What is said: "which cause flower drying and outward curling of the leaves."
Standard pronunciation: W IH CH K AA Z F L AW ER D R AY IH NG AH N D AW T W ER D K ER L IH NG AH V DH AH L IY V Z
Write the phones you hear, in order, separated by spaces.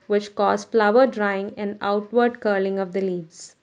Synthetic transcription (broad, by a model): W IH CH K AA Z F L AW ER D R AY IH NG AH N D AW T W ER D K ER L IH NG AH V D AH L IY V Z